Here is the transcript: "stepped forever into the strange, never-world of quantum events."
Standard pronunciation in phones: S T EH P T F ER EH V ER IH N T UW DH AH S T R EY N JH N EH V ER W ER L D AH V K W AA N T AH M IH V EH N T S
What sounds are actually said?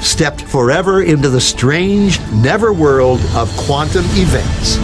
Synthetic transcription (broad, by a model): S T EH P T F ER EH V ER IH N T UW DH AH S T R EY N JH N EH V ER W ER L D AH V K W AA N T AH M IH V EH N T S